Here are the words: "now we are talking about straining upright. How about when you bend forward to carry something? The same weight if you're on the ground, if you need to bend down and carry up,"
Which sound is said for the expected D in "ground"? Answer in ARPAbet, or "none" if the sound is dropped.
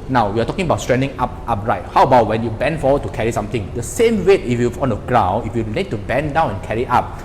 none